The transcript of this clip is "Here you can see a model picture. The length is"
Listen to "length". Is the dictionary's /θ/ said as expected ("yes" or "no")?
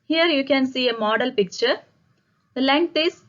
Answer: no